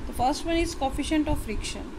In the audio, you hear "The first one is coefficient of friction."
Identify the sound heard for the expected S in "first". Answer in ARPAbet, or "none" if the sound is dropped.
S